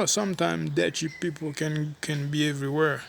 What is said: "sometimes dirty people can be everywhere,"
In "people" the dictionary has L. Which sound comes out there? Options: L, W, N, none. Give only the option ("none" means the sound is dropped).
N